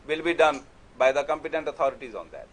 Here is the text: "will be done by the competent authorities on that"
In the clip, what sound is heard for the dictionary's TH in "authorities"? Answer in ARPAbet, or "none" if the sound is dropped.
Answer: T